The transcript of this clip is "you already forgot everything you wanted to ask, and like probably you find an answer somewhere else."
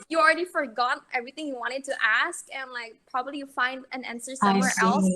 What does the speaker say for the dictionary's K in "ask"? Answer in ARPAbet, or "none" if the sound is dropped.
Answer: K